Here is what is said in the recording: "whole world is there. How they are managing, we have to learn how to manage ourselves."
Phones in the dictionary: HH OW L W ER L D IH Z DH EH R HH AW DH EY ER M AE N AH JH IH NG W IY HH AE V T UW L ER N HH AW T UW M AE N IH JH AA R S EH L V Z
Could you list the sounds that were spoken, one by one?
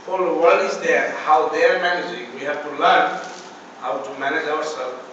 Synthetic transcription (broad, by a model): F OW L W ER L IH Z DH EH HH AW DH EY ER M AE N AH JH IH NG W IY HH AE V T UW L ER N HH AW T UW M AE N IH JH AA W S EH L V